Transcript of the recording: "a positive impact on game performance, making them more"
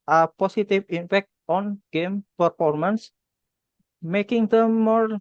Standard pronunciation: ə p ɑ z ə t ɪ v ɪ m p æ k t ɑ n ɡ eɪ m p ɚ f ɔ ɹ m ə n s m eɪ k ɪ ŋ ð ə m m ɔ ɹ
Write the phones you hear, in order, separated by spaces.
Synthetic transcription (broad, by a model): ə p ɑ s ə t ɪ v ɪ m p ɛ k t ɑ n ɡ eɪ m p ɚ f ɔ ɹ m ə n s m eɪ k ɪ ŋ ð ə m m ɔ ɹ